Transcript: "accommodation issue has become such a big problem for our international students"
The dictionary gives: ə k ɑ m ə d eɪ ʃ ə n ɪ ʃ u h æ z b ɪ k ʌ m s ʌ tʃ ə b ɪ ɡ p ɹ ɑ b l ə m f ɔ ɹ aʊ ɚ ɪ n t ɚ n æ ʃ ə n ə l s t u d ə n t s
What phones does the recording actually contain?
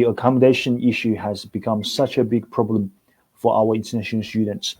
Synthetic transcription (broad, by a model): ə k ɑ m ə d eɪ ʃ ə n ɪ ʃ u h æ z b ɪ k ʌ m s ʌ tʃ ə b ɪ ɡ p ɹ ɑ b l ə m f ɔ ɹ aʊ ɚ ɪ n t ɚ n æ ʃ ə n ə l s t u d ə n t s